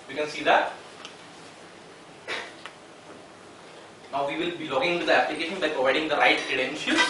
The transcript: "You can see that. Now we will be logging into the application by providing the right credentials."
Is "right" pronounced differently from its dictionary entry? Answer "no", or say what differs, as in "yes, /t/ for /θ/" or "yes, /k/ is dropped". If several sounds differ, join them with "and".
no